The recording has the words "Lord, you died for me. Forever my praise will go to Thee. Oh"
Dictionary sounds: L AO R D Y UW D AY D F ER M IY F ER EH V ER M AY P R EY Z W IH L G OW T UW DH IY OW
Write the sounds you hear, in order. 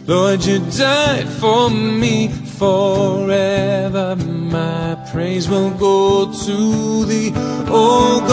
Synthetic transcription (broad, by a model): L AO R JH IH D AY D F ER M IY F ER EH V ER M AY P R EY Z W IH L G OW T UW DH IY OW